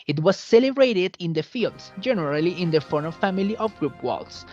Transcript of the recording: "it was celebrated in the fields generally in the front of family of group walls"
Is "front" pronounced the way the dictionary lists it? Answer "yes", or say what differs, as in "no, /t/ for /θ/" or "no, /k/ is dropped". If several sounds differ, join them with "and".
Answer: no, /ɹ/ is dropped and /t/ is dropped